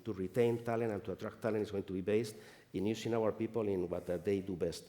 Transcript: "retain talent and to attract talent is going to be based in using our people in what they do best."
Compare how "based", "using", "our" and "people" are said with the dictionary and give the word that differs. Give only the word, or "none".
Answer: using